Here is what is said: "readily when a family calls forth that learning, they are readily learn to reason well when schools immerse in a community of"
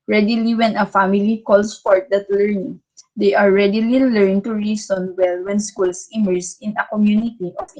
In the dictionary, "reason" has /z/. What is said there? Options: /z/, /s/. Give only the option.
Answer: /s/